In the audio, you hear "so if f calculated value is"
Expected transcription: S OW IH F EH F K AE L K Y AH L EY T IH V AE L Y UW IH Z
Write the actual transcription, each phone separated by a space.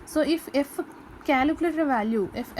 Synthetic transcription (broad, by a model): S OW IH F EH F K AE L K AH L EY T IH V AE L Y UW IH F